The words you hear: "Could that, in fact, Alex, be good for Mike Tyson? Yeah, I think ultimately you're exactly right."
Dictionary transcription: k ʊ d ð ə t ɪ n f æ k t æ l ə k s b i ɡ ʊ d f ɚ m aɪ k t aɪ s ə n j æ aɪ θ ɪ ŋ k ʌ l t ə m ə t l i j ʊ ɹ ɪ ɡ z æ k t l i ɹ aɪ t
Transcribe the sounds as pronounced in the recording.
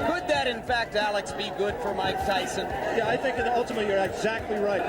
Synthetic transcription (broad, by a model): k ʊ d ð ə t ɪ n f æ k t æ l ə k s b i ɡ ʊ d f ɚ m aɪ k t aɪ s ə n j æ aɪ θ ɪ ŋ k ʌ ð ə ə t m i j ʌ ɹ ɪ ɡ z æ k t l i ɹ aɪ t